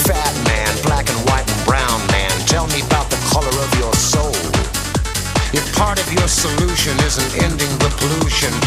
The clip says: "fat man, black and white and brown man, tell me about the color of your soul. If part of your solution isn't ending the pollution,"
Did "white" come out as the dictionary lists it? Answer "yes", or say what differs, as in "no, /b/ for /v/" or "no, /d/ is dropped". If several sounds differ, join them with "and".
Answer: yes